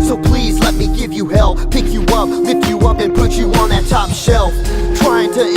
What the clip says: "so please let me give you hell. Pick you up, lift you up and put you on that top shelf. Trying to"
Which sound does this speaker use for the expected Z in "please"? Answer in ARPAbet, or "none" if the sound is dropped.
Z